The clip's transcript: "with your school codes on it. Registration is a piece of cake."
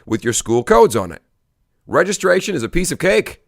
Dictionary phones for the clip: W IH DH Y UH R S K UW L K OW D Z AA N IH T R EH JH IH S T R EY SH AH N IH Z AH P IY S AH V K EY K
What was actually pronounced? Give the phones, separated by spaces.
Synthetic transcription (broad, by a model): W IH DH Y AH R S K UW L K OW D Z N IH T R EH JH IH S T R EY SH AH N IH Z AH P IY S AH V K EY K